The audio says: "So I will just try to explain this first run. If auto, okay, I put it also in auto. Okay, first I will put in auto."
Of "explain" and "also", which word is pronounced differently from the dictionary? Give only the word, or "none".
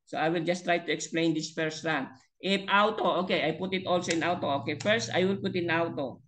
none